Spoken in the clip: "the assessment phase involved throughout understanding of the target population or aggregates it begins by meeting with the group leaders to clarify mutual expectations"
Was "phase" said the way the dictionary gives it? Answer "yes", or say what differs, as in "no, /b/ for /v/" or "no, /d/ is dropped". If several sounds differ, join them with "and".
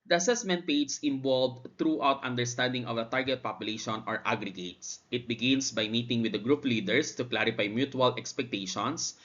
no, /p/ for /f/ and /s/ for /z/